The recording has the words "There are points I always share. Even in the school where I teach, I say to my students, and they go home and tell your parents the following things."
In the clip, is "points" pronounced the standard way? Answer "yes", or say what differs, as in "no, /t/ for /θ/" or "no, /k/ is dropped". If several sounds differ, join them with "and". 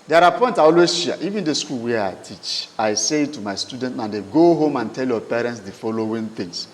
no, /s/ is dropped